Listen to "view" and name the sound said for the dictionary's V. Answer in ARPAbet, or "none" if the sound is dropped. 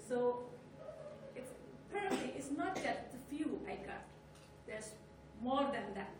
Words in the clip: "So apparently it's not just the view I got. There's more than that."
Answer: F